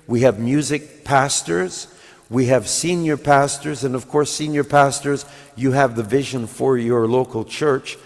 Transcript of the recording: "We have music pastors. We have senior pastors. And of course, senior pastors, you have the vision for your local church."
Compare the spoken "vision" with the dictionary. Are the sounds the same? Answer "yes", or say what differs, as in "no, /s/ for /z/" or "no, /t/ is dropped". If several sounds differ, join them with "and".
yes